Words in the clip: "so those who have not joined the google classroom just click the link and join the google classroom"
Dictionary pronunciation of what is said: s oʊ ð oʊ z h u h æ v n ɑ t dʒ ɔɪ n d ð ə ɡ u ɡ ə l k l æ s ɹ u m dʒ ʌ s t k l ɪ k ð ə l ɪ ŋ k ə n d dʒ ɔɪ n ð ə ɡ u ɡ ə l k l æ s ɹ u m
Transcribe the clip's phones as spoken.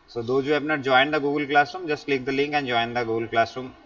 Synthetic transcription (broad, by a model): s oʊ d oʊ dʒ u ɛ p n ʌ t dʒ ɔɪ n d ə ɡ u ɡ ə l k l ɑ s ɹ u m dʒ ʌ s t l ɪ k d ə l ɪ ŋ k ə n dʒ ɔɪ n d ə ɡ u ɡ ə l k l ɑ s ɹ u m